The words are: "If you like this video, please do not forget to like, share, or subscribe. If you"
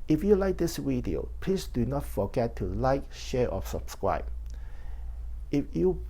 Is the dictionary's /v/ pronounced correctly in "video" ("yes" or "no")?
no